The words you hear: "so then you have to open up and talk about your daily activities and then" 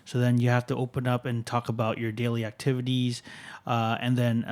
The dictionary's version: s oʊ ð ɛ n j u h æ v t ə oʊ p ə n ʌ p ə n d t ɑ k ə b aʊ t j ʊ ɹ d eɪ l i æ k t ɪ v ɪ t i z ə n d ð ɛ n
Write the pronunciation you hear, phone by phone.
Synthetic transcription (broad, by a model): s oʊ ð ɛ n j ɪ h æ f t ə oʊ p ə n ʌ p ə n t ɑ k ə b aʊ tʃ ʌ ɹ d eɪ l i æ k t ɪ v ɪ t i z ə n ð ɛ n